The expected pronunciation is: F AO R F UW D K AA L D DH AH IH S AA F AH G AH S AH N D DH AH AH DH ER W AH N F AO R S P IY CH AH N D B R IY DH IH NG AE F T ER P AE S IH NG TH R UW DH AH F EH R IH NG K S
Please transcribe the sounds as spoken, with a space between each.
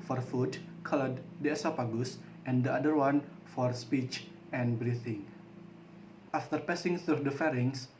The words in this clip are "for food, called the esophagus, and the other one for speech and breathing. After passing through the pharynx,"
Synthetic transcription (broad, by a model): F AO R F UW D K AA L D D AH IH S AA P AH G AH S AH N D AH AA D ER W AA N F AO R S P IY CH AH N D B R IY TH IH NG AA F T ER P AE S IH NG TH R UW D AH F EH R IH NG S